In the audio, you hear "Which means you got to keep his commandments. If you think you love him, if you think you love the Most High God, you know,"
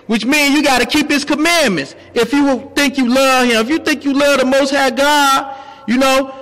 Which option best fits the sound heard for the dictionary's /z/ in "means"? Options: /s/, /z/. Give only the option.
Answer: /z/